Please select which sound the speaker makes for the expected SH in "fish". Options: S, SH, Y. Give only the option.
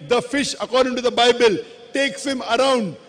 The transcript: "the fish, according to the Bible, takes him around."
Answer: SH